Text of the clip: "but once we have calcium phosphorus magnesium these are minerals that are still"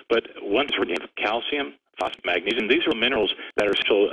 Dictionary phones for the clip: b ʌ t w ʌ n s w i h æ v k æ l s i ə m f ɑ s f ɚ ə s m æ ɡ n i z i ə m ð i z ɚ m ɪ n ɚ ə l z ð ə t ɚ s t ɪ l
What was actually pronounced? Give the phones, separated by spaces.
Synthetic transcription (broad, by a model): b ʌ t w ʌ n s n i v k æ l s i ə m f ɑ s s m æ ɡ n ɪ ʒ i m ð i z ɚ m ɪ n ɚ l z ð ə t ɚ s t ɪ l